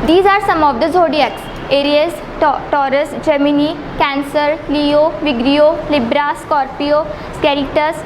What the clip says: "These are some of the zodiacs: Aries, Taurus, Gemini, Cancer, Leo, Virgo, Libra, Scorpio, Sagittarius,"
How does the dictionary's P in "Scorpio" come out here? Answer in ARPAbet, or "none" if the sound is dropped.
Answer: P